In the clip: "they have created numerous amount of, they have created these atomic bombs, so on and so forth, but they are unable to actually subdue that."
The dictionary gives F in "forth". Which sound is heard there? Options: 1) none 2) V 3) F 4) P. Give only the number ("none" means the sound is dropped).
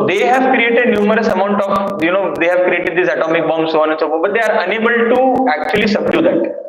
4